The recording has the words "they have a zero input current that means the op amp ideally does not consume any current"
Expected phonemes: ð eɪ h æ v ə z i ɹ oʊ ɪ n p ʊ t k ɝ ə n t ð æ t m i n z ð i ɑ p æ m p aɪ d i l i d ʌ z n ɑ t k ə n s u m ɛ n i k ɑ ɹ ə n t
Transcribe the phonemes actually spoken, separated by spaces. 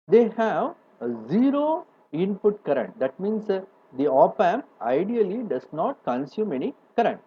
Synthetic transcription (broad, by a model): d eɪ h æ v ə z i ɹ oʊ ɪ n p ʊ t k ɝ ə n t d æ t m i n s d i ɑ p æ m aɪ d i l i d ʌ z n ɑ t k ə n s u m ɛ n i k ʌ ɹ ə n t